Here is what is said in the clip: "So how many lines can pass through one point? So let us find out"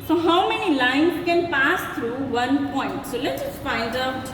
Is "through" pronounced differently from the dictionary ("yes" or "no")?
yes